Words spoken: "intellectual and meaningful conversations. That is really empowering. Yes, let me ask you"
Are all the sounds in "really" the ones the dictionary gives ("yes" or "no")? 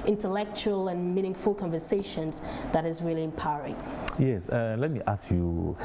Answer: yes